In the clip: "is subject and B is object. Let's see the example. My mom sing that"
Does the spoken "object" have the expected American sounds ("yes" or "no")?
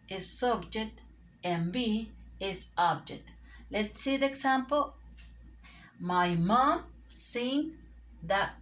yes